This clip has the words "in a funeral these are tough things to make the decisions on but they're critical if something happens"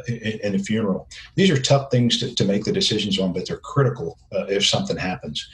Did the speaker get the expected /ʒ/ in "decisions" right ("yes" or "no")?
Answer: yes